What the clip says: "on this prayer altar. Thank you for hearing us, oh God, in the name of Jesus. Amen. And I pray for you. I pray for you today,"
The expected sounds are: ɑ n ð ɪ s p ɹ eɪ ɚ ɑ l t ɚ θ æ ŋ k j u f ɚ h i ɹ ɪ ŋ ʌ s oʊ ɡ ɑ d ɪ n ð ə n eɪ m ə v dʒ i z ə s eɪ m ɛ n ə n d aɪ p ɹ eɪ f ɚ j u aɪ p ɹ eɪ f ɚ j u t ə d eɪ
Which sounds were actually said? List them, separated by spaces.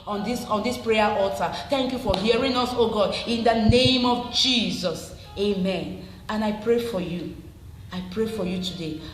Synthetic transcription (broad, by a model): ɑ n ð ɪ s p ɹ eɪ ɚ ɑ l t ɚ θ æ ŋ k j u f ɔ h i ɹ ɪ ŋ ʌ s oʊ ɡ ɑ d ɪ n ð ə n eɪ m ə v dʒ i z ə s eɪ m ɛ n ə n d aɪ p ɹ eɪ f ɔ j u aɪ p ɹ eɪ f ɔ j u t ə d eɪ